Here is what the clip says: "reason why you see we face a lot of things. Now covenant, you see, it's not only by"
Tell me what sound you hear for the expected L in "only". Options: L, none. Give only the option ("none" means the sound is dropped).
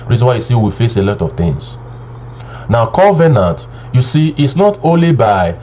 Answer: L